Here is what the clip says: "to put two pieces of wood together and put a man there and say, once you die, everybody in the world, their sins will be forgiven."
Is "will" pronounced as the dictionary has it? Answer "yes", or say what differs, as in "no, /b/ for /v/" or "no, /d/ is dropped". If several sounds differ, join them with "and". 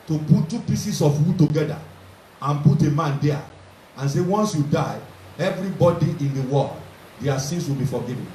yes